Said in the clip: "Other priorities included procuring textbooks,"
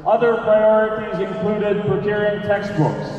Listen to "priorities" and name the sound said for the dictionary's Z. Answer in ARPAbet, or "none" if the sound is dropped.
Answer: Z